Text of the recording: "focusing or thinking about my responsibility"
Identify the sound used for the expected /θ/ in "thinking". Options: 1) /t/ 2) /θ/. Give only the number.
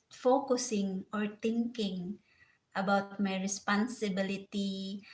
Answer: 1